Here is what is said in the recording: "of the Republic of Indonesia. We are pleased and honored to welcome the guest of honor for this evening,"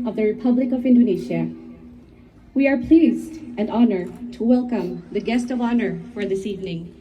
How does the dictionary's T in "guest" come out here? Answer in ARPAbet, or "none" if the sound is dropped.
T